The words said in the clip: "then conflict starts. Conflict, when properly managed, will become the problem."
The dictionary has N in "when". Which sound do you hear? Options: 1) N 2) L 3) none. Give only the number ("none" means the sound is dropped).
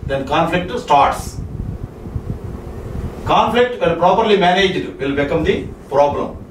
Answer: 2